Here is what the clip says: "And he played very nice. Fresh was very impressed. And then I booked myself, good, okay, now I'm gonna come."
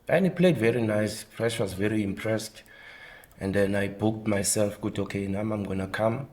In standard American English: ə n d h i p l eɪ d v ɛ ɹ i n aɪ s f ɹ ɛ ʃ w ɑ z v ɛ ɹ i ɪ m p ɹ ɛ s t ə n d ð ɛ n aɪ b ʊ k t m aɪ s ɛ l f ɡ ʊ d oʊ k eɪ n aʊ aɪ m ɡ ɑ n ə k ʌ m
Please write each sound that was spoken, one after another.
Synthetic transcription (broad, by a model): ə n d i p l eɪ d v ɛ ɹ i n aɪ s p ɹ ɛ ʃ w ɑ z v ɛ ɹ i ɪ m p ɹ ɛ s t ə n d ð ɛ n aɪ b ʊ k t m aɪ s ɛ l f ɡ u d oʊ k eɪ n aʊ aɪ m ɡ ɑ n ə k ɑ m